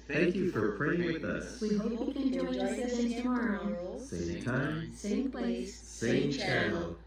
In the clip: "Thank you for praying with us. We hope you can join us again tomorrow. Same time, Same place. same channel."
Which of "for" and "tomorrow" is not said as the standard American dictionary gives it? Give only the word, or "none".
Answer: none